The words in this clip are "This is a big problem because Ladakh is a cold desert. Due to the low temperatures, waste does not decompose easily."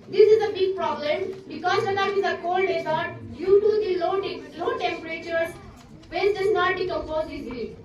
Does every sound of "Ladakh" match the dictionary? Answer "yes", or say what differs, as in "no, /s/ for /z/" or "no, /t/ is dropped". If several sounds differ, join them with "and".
no, /k/ is dropped